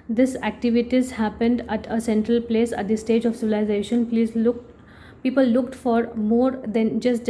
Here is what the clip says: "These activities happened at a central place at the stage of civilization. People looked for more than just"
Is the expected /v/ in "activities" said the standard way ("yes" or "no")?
yes